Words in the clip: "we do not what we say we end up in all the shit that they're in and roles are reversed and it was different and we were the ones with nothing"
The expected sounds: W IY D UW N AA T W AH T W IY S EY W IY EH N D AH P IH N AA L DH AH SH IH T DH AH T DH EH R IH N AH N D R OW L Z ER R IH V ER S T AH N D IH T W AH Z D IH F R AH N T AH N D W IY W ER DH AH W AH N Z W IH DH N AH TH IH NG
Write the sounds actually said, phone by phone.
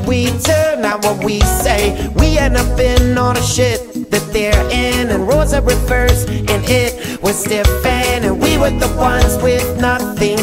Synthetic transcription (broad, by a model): W IY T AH N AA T W AH T W IY S EY W IY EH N AH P IH N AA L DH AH SH IH T DH AH T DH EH R IH N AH N R OW Z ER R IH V ER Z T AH N IH T W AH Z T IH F AH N AH N W IY W ER DH AH W AH N Z W IH DH N AH TH IH NG